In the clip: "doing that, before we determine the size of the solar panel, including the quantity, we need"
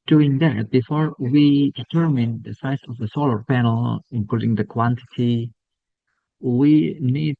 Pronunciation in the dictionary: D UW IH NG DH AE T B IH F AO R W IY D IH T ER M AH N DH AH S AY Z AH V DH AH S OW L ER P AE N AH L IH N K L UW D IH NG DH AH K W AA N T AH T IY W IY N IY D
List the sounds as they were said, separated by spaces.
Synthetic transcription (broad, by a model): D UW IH NG DH AE T B IH F AO R W IY D IH T ER M AH N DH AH S AY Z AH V DH AH S OW L ER P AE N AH L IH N K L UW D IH NG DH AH K W AA N T AH T IY W IY N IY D